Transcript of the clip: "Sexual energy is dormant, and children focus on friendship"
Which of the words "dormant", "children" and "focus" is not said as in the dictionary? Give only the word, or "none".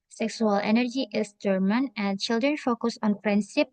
dormant